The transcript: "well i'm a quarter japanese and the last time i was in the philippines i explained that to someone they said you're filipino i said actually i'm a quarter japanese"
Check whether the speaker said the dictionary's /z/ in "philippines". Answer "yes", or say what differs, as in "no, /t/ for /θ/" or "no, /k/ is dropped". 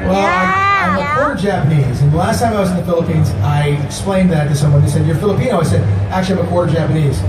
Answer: yes